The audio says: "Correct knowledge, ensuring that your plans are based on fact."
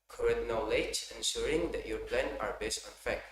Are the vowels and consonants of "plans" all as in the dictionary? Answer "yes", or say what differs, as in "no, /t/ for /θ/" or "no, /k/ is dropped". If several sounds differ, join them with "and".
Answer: no, /z/ is dropped